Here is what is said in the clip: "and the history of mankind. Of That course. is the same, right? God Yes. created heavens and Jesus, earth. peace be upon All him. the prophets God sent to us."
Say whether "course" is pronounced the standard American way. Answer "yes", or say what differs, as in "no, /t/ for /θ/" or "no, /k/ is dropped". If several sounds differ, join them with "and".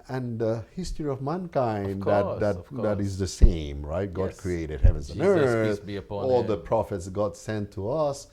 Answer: no, /s/ is dropped